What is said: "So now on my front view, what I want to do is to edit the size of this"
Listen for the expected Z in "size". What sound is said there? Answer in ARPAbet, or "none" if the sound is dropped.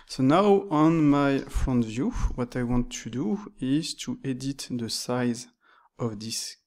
Z